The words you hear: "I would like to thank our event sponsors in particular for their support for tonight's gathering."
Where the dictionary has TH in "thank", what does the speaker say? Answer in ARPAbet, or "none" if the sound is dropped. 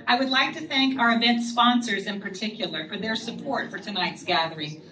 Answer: TH